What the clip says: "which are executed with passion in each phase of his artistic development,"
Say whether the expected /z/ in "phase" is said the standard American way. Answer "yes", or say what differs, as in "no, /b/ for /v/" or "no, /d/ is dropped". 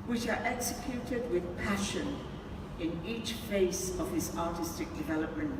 no, /s/ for /z/